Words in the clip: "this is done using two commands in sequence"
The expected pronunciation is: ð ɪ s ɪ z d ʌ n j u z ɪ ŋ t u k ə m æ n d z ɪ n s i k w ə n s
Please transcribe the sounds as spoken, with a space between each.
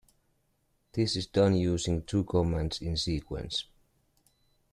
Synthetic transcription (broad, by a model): ð ɪ s ɪ z d ʌ n j u z ɪ ŋ t u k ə m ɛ n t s ɪ n s i k w ə n s